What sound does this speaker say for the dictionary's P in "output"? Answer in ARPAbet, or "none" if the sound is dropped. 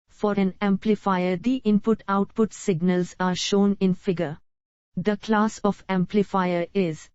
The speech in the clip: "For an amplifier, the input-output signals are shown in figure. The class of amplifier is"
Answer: P